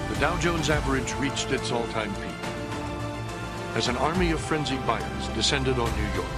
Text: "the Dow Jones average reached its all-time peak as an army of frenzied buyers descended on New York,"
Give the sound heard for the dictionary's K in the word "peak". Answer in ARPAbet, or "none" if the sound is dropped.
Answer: none